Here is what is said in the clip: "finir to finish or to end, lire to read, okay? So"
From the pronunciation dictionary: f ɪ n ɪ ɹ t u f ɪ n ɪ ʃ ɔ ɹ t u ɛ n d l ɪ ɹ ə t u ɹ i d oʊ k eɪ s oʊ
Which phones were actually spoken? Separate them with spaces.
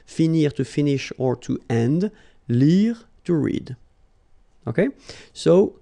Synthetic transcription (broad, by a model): f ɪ n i ɹ t u f ɪ n ɪ ʃ ɔ ɹ t u ɛ n d l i ɹ t u ɹ i d oʊ k eɪ s oʊ